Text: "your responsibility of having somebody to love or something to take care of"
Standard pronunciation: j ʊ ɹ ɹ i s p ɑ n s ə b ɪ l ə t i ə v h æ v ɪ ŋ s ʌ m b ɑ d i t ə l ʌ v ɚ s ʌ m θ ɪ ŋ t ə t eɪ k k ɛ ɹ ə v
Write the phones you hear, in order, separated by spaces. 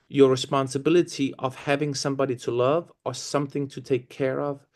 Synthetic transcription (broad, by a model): j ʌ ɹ ɹ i s p ɑ n s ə b ɪ l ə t i ə v h æ v ɪ ŋ s ʌ m b ɑ d i t ə l ʌ v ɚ s ʌ m θ ɪ ŋ t ə t eɪ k k ɛ ɹ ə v